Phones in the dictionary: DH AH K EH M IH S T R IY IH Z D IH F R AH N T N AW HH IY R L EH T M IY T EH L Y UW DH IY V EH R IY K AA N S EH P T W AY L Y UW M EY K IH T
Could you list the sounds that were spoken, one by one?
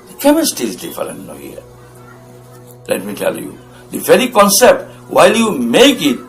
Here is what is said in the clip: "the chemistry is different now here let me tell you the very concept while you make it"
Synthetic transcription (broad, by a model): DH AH K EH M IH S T IY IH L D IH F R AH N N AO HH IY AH L EH T M IY T EH L Y UW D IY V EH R IY K AA N S EH P T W AY L Y UW M EY K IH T